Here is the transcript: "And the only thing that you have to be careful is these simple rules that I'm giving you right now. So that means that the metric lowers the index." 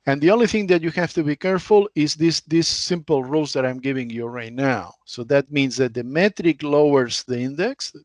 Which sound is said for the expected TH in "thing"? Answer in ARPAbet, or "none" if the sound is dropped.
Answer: TH